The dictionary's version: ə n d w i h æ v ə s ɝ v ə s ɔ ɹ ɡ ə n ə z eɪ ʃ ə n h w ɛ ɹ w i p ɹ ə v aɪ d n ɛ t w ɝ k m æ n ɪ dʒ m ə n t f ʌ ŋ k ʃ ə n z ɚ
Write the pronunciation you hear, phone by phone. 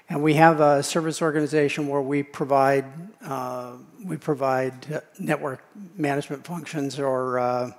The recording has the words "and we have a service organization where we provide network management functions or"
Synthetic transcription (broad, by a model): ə n w i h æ v ə s ɝ v ə s ɔ ɹ ɡ ə n ə z eɪ ʃ ə n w w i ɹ w i p ɹ ə v aɪ d n ɛ t w ɝ k m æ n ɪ dʒ m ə n t f ʌ ŋ k ʃ ə n z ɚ